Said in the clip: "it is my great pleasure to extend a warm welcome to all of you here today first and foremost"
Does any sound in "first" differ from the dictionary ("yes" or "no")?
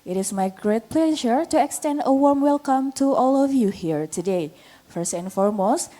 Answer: no